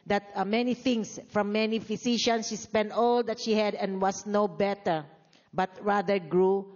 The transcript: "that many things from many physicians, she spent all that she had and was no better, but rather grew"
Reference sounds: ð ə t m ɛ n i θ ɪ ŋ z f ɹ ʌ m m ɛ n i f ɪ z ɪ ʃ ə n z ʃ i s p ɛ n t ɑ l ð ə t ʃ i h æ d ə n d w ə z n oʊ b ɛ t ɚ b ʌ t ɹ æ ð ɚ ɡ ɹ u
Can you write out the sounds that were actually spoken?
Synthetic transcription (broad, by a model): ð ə t m ɛ n i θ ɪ ŋ s f ɹ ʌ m m ɛ n i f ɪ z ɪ ʃ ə n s ʃ i s p ɛ n t ɑ l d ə t ʃ i h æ d ə n d w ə s n oʊ b ɛ t ɚ b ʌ t ɹ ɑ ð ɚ ɡ ɹ u